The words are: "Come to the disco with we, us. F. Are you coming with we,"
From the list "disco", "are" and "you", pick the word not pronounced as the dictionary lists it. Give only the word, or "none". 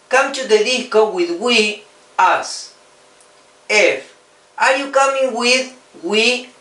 disco